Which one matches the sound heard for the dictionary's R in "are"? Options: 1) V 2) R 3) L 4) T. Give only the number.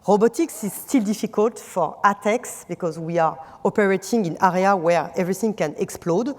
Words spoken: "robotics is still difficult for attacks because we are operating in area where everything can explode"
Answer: 2